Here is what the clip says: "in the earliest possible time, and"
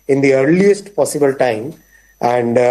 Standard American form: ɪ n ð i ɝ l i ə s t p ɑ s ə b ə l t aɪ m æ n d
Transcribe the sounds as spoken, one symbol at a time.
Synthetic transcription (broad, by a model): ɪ n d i ɝ l i ə s t p ɑ s ə b ə l t aɪ m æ n d